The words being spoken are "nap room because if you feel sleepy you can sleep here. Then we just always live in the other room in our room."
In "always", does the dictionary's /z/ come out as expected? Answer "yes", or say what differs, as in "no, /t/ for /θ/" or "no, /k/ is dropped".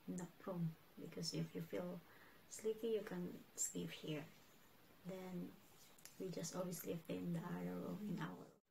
no, /s/ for /z/